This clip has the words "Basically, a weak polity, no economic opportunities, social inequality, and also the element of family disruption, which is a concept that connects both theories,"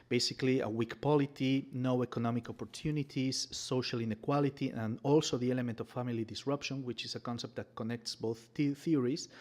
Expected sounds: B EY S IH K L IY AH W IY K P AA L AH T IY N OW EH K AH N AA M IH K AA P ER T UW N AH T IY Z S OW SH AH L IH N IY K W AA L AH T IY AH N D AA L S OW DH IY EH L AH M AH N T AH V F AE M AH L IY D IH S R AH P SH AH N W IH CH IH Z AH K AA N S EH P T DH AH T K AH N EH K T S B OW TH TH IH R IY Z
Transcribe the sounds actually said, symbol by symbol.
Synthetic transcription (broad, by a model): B EY S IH K L IY AH W IY K P AA L AH T IY N OW EH K AH N AA M IH K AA P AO T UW N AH T IY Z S OW SH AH L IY N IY K W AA L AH T IY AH N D AA L S OW DH IY EH L AH M AH N T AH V F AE M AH L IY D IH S R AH P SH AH N W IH CH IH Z AH K AA N S EH P T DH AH T K AH N EH K T S B OW TH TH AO R IY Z